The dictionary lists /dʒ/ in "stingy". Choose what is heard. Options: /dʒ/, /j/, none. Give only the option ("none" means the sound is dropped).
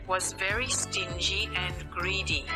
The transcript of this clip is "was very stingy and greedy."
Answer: /dʒ/